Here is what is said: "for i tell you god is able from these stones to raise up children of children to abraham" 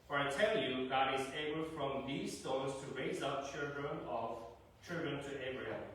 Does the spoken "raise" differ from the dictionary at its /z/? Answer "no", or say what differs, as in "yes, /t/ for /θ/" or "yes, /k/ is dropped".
no